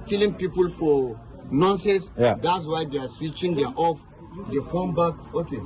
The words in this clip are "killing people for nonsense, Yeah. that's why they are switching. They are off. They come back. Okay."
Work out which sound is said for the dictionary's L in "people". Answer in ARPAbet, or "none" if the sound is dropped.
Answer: L